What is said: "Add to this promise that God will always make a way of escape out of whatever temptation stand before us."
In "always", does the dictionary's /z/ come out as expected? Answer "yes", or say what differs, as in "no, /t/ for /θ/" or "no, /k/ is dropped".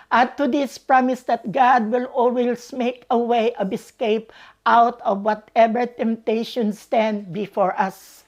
no, /s/ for /z/